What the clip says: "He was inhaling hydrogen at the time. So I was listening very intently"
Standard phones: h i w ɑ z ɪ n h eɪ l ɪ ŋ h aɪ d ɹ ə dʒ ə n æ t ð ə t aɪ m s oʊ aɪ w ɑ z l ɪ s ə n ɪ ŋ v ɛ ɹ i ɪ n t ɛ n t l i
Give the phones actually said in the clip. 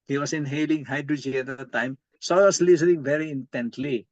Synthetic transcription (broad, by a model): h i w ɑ s ɪ n h eɪ l ɪ ŋ h aɪ d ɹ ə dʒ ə æ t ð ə t aɪ m s oʊ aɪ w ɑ s l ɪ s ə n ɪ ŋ v ɛ ɹ i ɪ n t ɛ n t l i